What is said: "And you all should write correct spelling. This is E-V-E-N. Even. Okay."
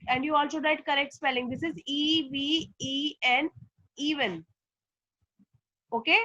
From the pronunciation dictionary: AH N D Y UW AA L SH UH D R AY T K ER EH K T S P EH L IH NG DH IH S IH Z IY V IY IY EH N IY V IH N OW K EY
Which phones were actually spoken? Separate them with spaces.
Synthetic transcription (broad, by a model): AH N D Y UW AA L S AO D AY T K ER EH K T S P EH L IH NG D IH S IH Z IY V IY IY EH N IY V IH N OW K EY